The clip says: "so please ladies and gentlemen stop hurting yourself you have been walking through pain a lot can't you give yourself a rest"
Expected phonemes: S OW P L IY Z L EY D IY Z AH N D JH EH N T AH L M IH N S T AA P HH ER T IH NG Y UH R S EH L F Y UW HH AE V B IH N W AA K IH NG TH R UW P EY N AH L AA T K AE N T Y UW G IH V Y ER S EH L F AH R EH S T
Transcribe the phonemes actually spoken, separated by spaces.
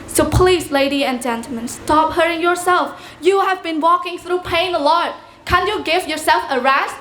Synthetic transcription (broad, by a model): S OW P L IY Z L EY D IY AH N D JH EH N T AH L M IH N S T AA P HH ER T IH NG Y UH R S EH L F Y UW HH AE V B IH N W AA K IH NG TH R UW P EY N AH L AA T K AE N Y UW G IH V Y ER S EH L F AH R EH S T